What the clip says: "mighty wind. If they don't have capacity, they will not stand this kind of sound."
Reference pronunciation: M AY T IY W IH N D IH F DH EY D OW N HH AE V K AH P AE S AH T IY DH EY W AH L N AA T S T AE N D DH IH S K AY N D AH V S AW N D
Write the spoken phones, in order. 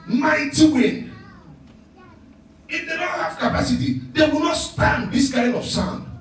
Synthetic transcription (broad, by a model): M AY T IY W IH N IH F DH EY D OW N HH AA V K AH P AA S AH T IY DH EY W AH L N AA T S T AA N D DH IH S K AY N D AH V S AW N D